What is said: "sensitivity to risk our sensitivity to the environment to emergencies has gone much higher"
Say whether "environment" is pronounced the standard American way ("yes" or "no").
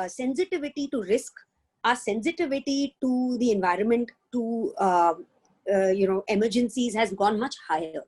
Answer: yes